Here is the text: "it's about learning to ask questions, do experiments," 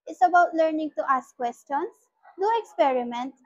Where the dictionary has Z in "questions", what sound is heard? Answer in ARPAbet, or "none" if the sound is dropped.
S